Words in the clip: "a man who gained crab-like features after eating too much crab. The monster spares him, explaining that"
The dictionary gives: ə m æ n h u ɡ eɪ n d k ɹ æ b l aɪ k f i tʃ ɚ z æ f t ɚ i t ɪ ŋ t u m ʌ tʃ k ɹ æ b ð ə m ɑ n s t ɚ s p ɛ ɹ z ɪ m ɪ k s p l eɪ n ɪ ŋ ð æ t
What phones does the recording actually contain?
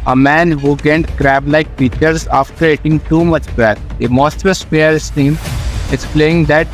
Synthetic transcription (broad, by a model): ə m æ n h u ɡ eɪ n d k ɹ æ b l aɪ k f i tʃ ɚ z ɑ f t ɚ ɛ t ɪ ŋ t u m ʌ tʃ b ɹ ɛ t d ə m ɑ s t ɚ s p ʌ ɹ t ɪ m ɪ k s p l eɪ ɪ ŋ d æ t